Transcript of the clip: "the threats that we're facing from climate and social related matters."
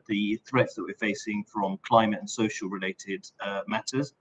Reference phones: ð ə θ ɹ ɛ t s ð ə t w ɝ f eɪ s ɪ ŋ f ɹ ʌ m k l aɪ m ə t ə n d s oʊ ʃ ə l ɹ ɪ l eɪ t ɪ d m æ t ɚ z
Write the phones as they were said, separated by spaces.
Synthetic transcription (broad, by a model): ð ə θ ɹ ɛ t s ð ə t w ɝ f eɪ s ɪ ŋ f ɹ ʌ m k l aɪ m ə t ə n s oʊ ʃ ə l ɹ ɪ l eɪ t ɪ d m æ t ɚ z